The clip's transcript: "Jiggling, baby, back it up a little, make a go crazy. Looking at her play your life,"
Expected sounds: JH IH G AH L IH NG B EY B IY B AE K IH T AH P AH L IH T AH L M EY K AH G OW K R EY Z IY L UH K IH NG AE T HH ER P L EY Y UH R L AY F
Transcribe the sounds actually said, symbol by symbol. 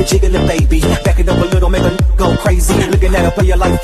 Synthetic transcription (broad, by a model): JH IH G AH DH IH B EY B IY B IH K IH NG AH P AH L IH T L M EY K AH G OW K R EY Z IY L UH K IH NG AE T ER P EY Y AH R L AY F